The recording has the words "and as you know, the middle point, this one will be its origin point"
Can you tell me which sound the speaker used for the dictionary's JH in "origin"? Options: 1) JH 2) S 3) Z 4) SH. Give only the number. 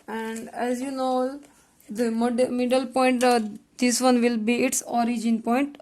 1